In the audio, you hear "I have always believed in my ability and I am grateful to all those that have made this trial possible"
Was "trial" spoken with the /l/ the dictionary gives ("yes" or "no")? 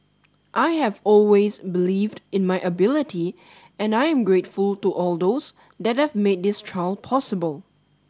yes